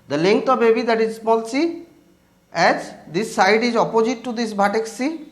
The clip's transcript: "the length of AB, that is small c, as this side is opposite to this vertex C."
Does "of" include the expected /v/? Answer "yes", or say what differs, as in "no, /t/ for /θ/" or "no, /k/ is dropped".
no, /b/ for /v/